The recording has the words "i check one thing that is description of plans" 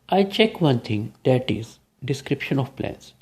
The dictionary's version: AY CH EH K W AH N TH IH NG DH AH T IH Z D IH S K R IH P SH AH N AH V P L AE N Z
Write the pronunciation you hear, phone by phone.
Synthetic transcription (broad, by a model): AY CH EH K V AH N T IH NG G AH T IH Z D IH S K R IH P SH AH N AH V P L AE N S